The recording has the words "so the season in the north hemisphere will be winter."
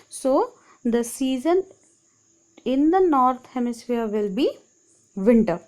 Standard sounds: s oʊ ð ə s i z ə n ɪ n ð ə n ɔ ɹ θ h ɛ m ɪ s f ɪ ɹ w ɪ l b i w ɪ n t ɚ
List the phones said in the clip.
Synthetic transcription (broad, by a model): s oʊ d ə s i z ə n ɪ n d ə n ɔ ɹ t h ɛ m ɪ s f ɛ ɹ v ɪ l b i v ɪ n t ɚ